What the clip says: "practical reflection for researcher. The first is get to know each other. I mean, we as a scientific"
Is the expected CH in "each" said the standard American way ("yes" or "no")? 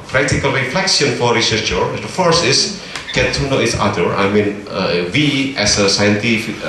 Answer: no